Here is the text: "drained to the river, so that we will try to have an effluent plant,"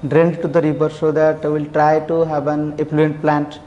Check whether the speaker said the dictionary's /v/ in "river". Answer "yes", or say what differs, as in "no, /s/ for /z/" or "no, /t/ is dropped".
no, /p/ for /v/